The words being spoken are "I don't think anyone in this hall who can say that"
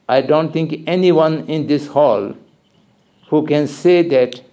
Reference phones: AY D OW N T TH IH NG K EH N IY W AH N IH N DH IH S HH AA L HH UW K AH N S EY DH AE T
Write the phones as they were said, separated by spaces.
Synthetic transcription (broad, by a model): AY D OW N T T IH NG K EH N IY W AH N IH N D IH S HH AA L HH UW K AH N S EY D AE T